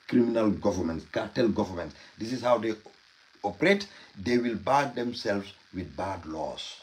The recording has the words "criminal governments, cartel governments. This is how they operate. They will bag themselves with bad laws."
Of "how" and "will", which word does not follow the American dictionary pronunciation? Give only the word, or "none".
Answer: none